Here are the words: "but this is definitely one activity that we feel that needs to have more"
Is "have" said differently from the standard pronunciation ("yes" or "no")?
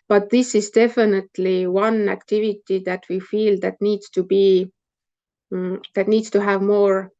no